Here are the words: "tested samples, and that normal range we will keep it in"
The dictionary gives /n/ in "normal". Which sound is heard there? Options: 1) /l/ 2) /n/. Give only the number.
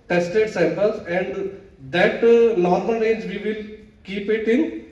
1